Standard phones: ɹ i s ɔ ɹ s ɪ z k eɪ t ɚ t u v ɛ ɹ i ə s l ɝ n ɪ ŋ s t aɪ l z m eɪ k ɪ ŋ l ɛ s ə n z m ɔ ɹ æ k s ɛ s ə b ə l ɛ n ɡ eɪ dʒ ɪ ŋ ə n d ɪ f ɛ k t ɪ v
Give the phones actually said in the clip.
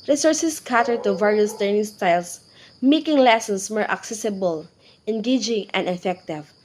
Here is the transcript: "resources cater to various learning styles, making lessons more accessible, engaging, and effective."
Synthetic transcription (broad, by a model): ɹ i s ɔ ɹ s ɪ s k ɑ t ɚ t u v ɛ ɹ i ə s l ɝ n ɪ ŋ s t aɪ l s m eɪ k ɪ ŋ l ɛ s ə n s m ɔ ɹ æ k s ɛ s ə b ə l ɛ n ɡ eɪ dʒ ɪ ŋ ə n d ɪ f ɛ k t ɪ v